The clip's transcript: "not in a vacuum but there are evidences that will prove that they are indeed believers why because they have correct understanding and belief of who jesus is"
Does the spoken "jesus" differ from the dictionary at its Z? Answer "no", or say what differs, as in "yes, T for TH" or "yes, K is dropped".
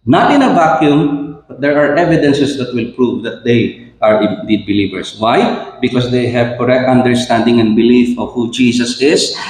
yes, S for Z